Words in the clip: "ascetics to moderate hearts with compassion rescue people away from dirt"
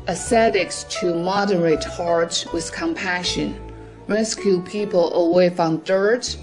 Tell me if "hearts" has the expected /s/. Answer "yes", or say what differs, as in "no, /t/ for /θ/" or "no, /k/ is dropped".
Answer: no, /s/ is dropped